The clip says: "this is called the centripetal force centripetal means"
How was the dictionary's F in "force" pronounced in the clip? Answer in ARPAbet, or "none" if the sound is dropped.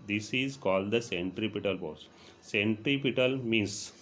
P